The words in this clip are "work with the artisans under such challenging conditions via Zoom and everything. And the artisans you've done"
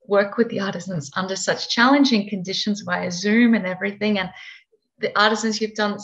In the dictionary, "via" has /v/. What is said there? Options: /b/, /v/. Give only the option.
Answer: /b/